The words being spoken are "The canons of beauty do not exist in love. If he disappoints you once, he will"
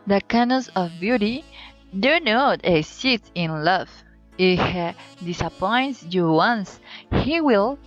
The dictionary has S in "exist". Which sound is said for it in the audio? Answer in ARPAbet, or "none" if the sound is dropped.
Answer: none